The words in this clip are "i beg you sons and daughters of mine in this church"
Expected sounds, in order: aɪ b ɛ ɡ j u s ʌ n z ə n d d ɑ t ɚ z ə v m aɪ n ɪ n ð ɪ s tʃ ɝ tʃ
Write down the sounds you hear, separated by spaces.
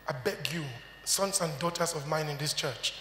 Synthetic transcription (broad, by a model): aɪ b ɛ ɡ j u s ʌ n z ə n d d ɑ t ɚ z ə v m aɪ n ɪ n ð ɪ s tʃ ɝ tʃ